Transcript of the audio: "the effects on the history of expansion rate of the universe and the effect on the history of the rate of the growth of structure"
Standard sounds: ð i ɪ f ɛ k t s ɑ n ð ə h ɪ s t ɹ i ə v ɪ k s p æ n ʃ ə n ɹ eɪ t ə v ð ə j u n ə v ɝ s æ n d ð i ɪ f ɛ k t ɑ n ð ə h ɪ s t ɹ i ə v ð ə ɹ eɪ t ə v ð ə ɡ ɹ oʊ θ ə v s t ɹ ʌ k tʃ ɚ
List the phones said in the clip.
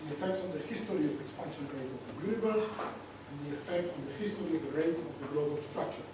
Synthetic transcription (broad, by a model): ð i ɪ f ɛ k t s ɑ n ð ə h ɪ s t ɹ i ə v ɪ k s p æ n ʃ ə n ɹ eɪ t ə v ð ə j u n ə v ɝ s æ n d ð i ɪ f ɛ k t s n ð ə h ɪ s t ɹ i ə v ð ə ɹ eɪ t ə v ð ə ɡ l oʊ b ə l s t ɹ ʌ k tʃ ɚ